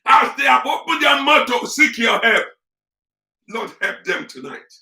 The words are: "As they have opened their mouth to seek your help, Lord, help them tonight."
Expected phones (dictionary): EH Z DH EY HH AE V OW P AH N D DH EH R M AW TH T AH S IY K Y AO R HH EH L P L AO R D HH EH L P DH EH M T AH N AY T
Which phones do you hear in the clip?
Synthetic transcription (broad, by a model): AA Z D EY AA P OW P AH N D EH M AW T AH S IY K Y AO HH EH L P L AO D HH EH L P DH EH M T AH N AY T